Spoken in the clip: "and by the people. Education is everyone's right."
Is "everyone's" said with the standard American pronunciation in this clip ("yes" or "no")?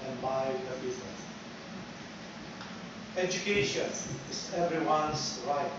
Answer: no